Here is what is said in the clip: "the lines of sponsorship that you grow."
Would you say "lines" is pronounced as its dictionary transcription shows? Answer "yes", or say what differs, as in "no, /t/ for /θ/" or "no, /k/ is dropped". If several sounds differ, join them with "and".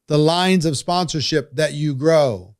yes